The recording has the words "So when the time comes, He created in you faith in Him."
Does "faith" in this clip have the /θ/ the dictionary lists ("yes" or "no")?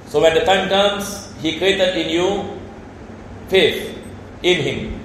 no